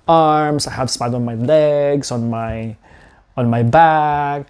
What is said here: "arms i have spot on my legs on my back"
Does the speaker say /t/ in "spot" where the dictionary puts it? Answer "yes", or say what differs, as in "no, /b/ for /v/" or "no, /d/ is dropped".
no, /t/ is dropped